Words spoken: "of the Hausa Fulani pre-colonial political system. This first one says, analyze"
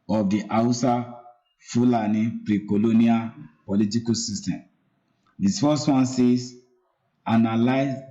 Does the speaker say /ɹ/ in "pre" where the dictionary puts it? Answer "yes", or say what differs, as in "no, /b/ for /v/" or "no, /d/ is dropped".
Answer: yes